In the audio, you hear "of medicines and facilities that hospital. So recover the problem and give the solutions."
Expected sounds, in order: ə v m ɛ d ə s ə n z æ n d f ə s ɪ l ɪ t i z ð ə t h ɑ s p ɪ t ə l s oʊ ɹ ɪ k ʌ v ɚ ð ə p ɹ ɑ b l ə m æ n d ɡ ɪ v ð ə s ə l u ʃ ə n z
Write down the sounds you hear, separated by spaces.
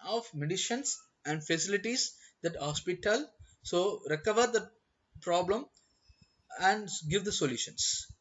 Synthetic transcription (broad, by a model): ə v m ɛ d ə ʃ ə n s æ n d f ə s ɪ l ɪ t i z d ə t h ɑ s p ɪ t ə l s oʊ ɹ ɪ k ʌ v ɚ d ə p ɹ ɑ b l ə m æ n d ɡ ɪ v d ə s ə l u ʃ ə n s